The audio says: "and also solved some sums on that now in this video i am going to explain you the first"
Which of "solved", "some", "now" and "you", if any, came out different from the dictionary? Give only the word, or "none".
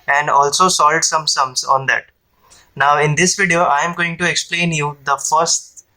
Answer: solved